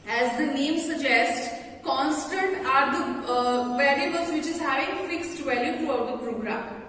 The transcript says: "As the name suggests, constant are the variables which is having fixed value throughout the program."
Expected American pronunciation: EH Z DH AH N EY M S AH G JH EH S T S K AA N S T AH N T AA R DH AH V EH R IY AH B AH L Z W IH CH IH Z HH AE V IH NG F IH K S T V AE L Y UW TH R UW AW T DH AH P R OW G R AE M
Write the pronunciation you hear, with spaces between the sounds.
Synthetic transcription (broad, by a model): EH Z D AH N EY M S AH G JH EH S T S K AA N S T AH N T AA R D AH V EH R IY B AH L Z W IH CH IH Z HH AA IH F IH K S T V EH L Y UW T R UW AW T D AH P R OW G R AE M